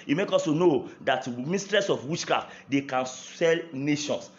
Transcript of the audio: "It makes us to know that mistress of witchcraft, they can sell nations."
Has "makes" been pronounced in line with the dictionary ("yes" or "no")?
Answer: no